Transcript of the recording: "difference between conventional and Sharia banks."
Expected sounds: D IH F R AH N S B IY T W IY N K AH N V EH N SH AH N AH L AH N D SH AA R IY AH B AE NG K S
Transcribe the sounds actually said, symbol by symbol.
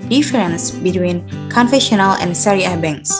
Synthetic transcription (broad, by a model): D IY F R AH N S B IY T W IY N K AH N F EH SH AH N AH L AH N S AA R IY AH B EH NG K S